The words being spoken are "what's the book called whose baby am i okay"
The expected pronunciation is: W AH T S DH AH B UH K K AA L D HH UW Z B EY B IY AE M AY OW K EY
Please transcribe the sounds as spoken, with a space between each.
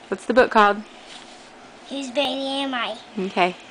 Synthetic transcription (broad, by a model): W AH T S DH AH B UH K K AA D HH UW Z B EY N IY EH M AY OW K EY